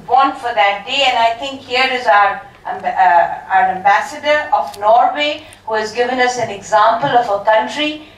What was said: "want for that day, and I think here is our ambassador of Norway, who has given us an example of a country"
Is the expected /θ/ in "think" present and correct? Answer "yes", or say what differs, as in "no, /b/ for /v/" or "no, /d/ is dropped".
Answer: no, /t/ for /θ/